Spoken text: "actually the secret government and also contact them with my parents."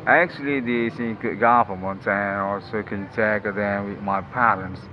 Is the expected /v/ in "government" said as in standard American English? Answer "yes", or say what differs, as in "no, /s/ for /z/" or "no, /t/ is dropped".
no, /f/ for /v/